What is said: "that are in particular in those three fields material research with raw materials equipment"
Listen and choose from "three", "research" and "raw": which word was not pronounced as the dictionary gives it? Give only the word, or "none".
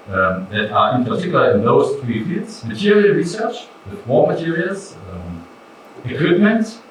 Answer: raw